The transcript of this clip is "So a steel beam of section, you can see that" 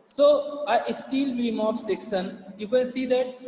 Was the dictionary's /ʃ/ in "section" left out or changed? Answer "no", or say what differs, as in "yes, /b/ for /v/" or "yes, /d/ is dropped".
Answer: yes, /s/ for /ʃ/